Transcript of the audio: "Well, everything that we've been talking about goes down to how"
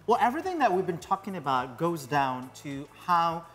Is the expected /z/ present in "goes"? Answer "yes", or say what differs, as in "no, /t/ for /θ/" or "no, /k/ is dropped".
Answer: yes